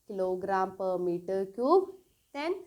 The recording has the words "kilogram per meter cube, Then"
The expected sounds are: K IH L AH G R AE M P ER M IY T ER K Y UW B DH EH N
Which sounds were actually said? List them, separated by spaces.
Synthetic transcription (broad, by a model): K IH L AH G R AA M P ER M IY T ER K Y UW B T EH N